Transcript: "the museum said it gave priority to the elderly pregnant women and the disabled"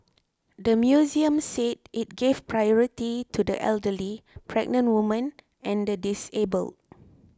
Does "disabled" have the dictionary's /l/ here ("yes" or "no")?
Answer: yes